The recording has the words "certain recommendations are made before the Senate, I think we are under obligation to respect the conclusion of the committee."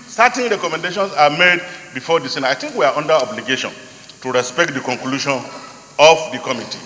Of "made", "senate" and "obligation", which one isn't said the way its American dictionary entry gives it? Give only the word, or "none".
senate